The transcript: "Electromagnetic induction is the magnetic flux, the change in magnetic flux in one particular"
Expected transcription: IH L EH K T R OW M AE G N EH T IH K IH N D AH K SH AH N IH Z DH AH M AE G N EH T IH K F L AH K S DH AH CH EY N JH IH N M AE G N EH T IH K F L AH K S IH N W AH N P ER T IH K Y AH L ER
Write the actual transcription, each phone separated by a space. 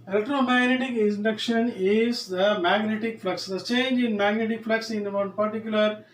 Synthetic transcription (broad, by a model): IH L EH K T R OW M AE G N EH T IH K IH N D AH K SH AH N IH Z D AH M AE G N EH T IH K F L AH K S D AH CH EY N JH IH N M AE G N EH T IH K F L AH K S IH N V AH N P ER T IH K Y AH L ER